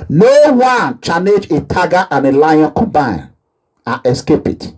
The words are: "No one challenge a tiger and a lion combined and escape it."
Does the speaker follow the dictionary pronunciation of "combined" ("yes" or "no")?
no